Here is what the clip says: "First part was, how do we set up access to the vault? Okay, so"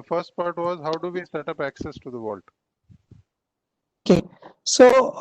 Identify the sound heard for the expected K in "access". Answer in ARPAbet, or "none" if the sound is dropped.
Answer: K